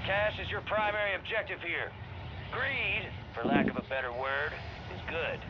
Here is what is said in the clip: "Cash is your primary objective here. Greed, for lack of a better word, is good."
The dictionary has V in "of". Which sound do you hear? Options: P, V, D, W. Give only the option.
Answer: V